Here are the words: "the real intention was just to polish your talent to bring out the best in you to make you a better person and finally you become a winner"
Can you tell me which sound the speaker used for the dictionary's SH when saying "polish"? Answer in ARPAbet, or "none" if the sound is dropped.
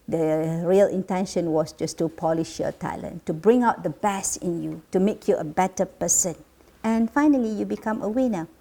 SH